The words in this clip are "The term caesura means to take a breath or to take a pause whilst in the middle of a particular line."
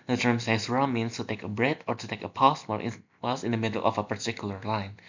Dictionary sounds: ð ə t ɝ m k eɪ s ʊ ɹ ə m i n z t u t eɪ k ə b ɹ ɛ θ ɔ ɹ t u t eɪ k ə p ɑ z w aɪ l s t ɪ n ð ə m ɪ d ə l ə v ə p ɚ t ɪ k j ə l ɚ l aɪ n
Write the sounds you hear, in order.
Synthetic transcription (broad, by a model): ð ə t ɝ m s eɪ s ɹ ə m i n s t u t eɪ k ə b ɹ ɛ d ɔ ɹ t u t eɪ k ə p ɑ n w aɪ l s ɪ n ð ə m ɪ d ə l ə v ə p ɚ t ɪ k j ə l ɚ l aɪ n